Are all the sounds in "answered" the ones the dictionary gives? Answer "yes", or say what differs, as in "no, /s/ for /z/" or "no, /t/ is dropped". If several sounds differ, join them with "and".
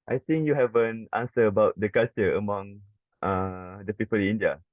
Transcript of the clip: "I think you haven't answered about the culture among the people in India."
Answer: no, /d/ is dropped